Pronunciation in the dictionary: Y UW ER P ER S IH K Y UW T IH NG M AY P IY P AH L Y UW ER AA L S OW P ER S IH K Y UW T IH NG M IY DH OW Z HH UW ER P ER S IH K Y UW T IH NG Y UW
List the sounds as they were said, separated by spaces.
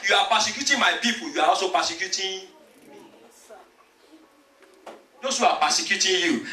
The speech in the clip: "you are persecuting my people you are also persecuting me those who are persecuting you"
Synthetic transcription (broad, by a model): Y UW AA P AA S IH K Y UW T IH M AY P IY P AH Y UW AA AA S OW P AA S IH K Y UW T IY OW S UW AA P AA S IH K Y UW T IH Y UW